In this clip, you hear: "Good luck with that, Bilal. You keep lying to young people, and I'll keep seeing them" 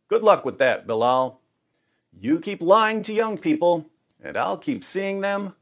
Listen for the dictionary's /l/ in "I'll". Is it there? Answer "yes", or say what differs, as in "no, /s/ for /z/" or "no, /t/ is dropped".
yes